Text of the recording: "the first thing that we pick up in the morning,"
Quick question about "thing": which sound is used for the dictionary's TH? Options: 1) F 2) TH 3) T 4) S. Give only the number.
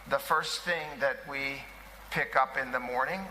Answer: 2